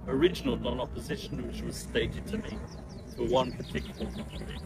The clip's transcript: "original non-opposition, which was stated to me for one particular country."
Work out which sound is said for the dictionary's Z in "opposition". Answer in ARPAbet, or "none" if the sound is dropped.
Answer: Z